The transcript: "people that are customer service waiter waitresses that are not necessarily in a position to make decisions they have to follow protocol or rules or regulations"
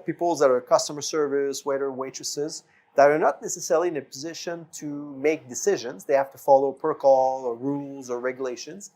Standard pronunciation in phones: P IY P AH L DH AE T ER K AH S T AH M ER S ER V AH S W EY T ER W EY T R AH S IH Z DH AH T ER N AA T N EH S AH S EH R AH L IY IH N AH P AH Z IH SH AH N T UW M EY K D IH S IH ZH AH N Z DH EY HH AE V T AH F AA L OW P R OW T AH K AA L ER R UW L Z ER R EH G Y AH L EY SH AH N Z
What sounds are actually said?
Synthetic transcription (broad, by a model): P IY P L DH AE T ER K AH S T AH M ER S ER V AH S W EY T ER W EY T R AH S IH Z DH AH T ER N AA T N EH S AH S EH R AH L IY IH N AH P AH Z IH SH AH N T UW M EY K D IH S IH ZH AH N Z DH EY HH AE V T AH F AA L OW P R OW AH K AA L ER R UW L Z ER R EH G Y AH L EY SH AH N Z